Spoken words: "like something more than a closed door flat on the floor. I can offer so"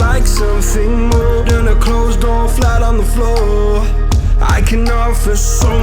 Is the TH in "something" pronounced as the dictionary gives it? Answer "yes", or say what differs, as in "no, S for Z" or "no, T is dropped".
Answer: yes